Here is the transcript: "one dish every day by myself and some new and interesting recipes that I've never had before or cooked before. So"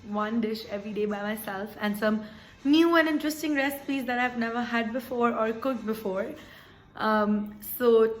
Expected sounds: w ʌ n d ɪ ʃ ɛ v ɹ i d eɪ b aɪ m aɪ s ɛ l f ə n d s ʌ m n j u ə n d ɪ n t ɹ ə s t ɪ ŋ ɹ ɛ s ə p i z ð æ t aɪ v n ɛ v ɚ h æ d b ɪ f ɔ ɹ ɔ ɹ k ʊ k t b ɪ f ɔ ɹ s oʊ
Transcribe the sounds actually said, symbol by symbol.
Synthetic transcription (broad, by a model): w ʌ n d ɪ ʃ ɛ v ɹ i d eɪ b aɪ m aɪ s ɛ l f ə n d s ʌ m n j u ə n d ɪ n t ɹ ə s t ɪ ŋ ɹ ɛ s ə p i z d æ t aɪ v n ɛ v ɚ h æ d b ɪ f ɔ ɹ ɔ ɹ k ʊ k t b ɪ f ɔ ɹ s oʊ